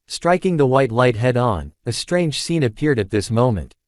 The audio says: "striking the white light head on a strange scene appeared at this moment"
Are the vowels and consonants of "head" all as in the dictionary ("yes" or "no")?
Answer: yes